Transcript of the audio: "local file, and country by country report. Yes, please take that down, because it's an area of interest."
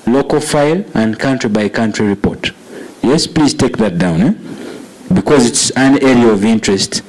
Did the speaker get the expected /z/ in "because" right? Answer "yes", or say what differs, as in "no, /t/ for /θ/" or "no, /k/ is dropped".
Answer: yes